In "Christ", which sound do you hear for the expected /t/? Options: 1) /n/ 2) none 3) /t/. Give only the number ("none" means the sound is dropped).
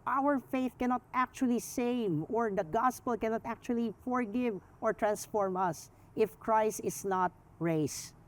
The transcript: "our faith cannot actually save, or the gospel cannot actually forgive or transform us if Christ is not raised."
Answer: 3